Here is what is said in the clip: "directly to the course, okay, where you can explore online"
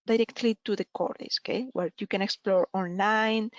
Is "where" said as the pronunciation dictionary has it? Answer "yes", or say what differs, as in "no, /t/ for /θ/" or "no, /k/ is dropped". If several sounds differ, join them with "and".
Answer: yes